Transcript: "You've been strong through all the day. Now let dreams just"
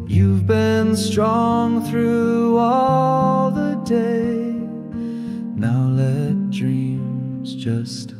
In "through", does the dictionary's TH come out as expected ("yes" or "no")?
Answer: yes